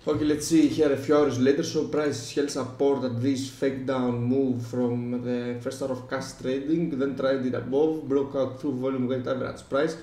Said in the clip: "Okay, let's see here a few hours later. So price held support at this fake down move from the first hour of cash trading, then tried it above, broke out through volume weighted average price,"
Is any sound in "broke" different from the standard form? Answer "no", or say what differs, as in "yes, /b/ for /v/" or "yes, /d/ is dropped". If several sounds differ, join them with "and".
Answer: no